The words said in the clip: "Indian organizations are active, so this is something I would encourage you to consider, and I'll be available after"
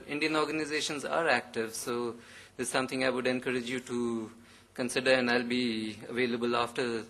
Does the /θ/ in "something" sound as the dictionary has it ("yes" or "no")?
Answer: no